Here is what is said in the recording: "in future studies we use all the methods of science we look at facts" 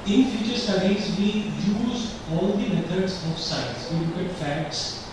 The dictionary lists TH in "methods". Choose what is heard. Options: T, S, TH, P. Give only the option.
T